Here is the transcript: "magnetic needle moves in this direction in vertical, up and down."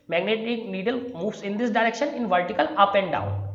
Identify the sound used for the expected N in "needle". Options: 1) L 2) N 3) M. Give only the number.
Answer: 2